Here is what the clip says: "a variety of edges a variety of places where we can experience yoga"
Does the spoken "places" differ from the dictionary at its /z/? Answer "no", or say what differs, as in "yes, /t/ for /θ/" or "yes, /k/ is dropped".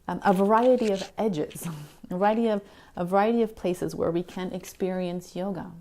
no